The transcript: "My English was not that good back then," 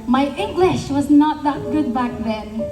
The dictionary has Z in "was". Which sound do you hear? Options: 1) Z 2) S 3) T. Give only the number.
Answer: 1